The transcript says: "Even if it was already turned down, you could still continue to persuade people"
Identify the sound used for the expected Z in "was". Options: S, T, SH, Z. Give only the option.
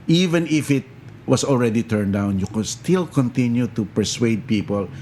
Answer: S